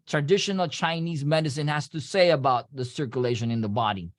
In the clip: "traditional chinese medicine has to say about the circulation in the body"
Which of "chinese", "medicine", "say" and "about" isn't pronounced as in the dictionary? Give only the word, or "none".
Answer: none